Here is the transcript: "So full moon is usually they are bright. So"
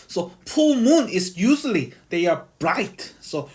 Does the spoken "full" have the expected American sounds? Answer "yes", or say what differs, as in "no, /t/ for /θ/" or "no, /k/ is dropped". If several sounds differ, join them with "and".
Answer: no, /p/ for /f/